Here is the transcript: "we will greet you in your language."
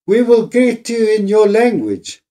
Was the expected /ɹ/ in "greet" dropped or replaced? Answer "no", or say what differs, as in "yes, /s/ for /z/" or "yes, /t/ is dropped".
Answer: yes, /ɹ/ is dropped